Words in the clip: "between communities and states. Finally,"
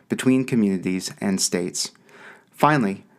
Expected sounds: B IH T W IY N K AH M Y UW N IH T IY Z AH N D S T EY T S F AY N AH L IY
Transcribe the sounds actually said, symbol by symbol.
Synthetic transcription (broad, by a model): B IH T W IY N K AH M Y UW N IH T IY Z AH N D S T EY T S F AY N L IY